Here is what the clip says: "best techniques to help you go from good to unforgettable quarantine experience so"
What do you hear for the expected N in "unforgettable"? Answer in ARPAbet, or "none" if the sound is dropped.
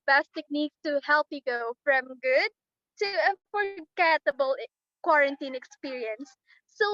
none